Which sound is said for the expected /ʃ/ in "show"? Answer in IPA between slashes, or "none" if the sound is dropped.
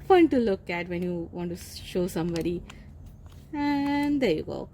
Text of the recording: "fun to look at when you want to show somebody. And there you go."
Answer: /ʃ/